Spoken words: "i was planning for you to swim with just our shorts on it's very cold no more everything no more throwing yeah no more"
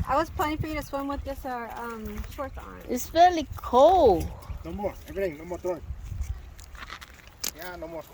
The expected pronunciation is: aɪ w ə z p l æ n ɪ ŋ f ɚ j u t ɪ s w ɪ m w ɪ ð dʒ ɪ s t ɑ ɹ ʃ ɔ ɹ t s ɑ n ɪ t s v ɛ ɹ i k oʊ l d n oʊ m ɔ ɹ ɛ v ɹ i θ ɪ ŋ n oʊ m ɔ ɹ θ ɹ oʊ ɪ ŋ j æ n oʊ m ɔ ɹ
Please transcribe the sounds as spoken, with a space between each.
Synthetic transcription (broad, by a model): aɪ w ə z p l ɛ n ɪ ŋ f ɚ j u t ɪ s w ɪ m w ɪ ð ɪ s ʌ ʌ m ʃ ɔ ɹ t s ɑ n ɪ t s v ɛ l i k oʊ l n oʊ m ɔ ɹ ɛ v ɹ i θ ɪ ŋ n oʊ m ɔ ɹ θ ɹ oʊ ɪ j æ n oʊ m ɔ ɹ